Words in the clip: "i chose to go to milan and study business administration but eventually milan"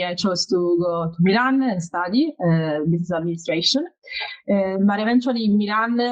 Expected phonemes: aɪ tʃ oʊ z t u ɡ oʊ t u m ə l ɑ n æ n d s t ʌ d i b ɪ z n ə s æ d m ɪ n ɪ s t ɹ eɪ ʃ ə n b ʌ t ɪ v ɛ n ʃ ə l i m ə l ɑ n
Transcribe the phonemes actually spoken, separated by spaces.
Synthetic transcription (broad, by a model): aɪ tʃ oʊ s t u ɡ oʊ t u m ə l ɑ n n s t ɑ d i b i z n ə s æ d m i n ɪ s t ɹ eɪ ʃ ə n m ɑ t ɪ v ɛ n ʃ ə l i m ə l ɑ n